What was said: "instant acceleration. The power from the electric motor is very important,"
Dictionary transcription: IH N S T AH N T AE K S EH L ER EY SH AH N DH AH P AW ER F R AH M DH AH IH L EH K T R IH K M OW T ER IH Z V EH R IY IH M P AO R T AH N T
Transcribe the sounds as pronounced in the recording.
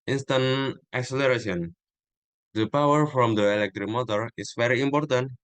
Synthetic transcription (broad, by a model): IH N S T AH N T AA K S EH L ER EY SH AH N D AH P AW ER F R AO M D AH IH L EH K T R IH K M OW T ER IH S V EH R IY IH M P AO R T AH N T